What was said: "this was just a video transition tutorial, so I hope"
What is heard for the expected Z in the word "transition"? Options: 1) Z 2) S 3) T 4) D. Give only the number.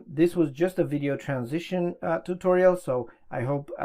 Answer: 1